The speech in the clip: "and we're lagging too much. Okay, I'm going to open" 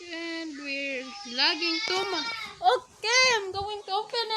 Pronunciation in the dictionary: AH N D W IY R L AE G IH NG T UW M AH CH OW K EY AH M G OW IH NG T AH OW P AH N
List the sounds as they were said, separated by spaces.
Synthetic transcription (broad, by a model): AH N D W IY R L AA G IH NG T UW M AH OW K EY AH M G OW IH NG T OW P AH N